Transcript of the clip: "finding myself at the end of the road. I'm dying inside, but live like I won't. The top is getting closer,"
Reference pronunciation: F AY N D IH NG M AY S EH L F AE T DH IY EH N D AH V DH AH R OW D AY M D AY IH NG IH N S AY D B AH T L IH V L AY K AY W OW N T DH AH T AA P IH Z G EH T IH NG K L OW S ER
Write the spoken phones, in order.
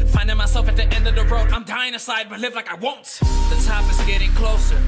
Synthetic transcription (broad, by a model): F AY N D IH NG M AY S EH L F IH T DH IY EH N D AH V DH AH R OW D AY M D AY IH NG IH S AY D B AH T L IH V L AY K AY W OW N T DH AH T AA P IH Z G EH T IH NG K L OW S ER